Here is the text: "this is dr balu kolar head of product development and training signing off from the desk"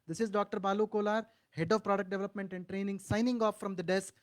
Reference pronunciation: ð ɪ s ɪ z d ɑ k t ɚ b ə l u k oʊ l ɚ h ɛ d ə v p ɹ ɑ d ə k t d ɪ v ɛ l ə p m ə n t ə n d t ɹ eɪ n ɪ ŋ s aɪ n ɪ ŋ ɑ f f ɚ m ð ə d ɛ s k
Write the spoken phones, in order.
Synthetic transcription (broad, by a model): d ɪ s ɪ z d ɑ k t ɚ b ə l u k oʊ l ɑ h ɛ d ə v p ɹ ɑ d ə k t d ɪ v ɛ l ə p m ə n t ə n d t ɹ eɪ n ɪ ŋ s aɪ n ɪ ŋ ɑ f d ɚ m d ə d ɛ s k